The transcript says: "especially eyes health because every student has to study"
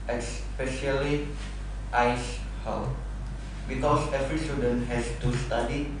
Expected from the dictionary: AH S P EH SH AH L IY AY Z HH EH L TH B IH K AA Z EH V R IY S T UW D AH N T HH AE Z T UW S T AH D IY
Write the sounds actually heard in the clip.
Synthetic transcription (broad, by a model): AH S P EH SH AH L IY AY S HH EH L B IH K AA S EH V R IY S T UW D AH N T HH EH S T UW S T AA D IY